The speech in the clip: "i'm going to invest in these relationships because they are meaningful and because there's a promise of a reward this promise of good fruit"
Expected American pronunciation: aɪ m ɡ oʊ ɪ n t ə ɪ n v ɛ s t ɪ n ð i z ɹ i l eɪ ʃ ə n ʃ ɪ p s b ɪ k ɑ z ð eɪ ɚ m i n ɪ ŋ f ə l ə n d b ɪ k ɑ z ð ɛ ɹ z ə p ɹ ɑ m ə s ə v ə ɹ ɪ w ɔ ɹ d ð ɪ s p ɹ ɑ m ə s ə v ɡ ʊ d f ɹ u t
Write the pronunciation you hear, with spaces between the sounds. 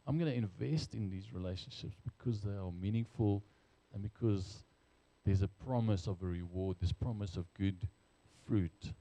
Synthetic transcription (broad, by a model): aɪ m ɡ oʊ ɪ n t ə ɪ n v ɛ s t ɪ n ð i z ɹ i l eɪ ʃ ə n ʃ ɪ p s b ɪ k ɑ z ð eɪ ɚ m i n ɪ ŋ f ə l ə n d b ɪ k ɑ z ð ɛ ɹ z ə p ɹ ɑ m ə s ə v ə ɹ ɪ w ɔ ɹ d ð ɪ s p ɹ ɑ m ə s ə v ɡ ʊ d f ɹ u t